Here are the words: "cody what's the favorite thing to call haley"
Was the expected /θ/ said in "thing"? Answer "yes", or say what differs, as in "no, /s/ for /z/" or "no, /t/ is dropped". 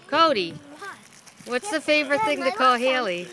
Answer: yes